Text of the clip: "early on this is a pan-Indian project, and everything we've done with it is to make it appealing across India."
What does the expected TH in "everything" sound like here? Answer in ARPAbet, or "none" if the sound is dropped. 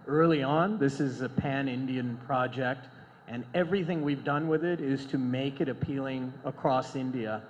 TH